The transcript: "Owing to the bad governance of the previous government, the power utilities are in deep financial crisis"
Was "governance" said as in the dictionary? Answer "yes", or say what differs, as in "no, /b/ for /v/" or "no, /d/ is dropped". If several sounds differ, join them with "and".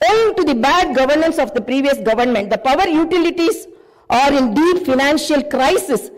yes